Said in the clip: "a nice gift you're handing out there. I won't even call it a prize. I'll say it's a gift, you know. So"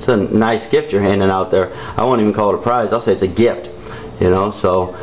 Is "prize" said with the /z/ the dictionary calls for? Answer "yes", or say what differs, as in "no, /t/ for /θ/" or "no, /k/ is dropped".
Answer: yes